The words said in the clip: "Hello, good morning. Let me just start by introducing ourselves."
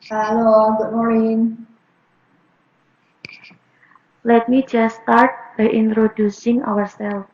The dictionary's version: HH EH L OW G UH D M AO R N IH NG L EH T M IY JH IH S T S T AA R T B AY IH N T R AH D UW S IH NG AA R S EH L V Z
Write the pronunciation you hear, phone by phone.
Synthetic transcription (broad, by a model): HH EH L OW G UH D M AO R N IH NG L EH T M IY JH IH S S T AA R T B AY IH N T R AH D UW S IH NG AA R S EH L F